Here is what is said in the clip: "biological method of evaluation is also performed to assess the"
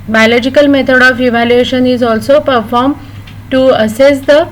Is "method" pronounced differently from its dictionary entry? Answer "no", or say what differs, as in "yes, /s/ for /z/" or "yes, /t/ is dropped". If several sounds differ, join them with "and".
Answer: yes, /t/ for /θ/